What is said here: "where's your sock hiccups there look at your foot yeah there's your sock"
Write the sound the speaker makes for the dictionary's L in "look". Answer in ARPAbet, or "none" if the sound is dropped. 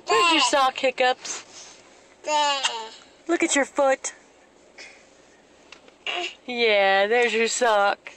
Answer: L